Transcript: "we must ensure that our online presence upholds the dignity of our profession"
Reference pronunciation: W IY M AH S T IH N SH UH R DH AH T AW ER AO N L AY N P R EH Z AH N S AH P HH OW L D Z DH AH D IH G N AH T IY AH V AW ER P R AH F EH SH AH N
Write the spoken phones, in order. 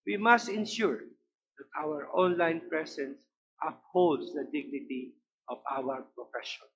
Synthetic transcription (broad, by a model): W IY M AH S T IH N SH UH R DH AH T AW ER AO N L AY N P R EH S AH N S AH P HH OW L D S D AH D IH G N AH T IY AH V AW ER P R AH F EH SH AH N